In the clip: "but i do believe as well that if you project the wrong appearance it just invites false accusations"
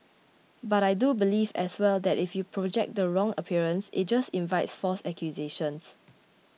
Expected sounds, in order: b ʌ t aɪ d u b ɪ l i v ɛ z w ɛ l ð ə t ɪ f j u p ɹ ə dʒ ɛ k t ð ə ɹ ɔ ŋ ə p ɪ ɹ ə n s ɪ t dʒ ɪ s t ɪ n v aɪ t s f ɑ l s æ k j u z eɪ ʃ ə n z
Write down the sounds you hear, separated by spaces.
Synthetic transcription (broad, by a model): b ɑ t aɪ d u b ɪ l i v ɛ s w ɛ l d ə t ɪ f j u p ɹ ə dʒ ɛ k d ə ɹ ɔ ŋ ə p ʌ ɹ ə n s ɪ t dʒ ɪ s t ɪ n v aɪ t s f ɑ s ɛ k j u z eɪ ʃ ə n s